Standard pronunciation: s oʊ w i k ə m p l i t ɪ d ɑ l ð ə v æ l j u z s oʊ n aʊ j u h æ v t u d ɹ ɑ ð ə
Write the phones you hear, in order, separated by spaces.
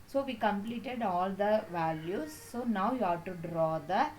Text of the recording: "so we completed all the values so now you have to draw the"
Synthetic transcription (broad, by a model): s oʊ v i k ə m p l i t ɪ d ɑ l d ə v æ l j u s oʊ n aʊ j u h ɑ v t u d ɹ ɑ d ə